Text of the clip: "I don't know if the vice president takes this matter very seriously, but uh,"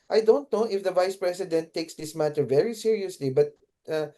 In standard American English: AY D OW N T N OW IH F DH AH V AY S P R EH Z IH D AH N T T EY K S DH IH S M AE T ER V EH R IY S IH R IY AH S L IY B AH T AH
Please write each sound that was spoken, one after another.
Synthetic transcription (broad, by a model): AY D OW N T N OW IH F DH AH V AY S P R EH S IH D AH N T T EY K S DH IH S M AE T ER V EH R IY S IH R IY AH S L IY B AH T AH